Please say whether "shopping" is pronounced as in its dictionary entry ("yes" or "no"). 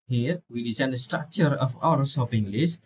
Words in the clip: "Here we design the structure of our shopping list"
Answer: no